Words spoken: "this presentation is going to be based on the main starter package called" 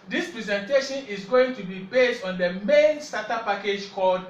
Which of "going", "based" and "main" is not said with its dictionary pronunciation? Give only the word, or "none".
none